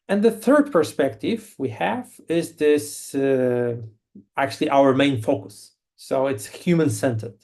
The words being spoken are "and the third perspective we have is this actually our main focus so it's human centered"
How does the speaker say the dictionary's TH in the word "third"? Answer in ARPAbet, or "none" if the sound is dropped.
TH